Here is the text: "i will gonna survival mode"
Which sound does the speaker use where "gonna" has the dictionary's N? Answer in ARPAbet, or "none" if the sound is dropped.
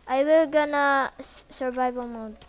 N